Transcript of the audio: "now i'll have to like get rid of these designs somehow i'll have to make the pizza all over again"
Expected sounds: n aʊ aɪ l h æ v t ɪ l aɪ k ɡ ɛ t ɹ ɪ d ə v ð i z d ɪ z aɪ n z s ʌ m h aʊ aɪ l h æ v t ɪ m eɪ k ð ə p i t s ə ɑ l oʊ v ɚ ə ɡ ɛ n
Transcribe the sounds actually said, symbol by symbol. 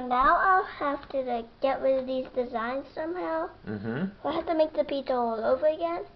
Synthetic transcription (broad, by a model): n aʊ aɪ l h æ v t ɪ ɡ ɛ t w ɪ ð i z d ɪ z aɪ n z s ʌ m h aʊ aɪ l h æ f t ɪ m eɪ k ð ə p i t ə ɑ l oʊ v ɚ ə ɡ ɛ n